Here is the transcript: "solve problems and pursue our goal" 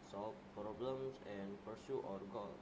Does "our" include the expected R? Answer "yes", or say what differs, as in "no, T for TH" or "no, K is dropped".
yes